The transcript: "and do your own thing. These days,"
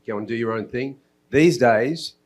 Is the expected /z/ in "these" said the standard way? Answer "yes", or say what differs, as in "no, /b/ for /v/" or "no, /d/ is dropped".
yes